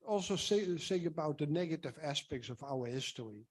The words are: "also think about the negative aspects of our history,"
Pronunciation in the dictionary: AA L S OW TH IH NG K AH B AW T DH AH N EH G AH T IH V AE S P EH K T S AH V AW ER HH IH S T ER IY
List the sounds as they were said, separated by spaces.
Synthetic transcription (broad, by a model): AA L S OW S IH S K AH B AW T DH AH N EH G AH T IH V AE S P EH K T S AH V AW ER HH IH S T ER IY